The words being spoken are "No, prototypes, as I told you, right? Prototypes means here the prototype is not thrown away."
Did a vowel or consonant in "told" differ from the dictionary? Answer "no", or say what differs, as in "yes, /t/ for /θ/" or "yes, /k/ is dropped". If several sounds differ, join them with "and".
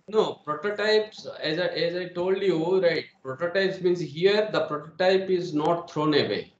no